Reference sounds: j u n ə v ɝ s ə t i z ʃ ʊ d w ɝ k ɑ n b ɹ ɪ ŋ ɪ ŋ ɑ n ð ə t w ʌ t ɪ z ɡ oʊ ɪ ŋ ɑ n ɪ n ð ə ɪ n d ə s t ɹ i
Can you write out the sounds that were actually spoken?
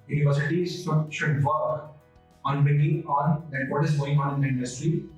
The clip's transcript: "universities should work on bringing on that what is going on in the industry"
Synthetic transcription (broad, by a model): j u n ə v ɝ s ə t i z ʃ ʊ d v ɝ k ɑ n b ɪ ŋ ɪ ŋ ɑ n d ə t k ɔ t ɪ z ɡ oʊ ɪ ŋ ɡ ɪ n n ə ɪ n d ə s t ɹ i